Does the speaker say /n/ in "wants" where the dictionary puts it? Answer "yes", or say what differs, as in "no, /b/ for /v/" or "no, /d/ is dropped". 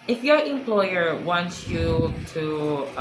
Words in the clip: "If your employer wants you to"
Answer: yes